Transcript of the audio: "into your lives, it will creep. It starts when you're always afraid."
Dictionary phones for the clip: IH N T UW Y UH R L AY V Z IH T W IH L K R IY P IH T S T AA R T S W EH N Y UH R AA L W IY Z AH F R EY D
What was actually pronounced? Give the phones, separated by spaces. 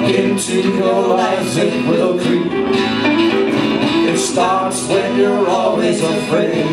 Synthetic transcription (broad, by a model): IH N T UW Y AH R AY Z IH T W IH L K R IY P IH T S T AA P S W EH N Y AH R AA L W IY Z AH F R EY